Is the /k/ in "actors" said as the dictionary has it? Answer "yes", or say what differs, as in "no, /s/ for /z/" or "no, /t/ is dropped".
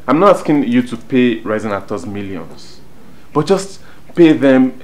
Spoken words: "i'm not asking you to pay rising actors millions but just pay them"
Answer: no, /k/ is dropped